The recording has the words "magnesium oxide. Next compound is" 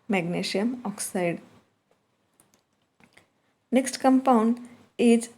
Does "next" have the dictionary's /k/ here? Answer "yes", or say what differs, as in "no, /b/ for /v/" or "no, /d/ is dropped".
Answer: yes